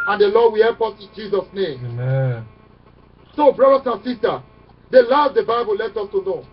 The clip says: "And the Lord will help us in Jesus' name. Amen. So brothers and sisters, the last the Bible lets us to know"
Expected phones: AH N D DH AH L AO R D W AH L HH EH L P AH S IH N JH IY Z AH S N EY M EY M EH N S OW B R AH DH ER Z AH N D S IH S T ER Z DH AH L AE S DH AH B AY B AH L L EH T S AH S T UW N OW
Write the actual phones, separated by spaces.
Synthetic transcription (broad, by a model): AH N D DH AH L AO D W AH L HH EH L P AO S IH N JH IY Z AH S N EY M EY M EH N S OW B R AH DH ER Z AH N S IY S T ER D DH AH L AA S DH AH B AY B AH L L EH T AH S T UW N OW